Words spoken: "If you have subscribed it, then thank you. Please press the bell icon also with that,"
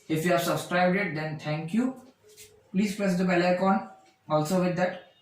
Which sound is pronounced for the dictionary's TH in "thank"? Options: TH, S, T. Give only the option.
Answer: T